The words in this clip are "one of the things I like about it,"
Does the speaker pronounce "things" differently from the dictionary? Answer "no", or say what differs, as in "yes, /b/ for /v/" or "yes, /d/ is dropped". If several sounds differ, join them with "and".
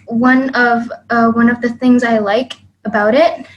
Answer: no